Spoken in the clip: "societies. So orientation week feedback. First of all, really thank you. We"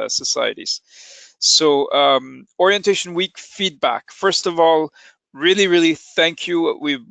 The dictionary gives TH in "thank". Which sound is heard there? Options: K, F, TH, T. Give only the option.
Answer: TH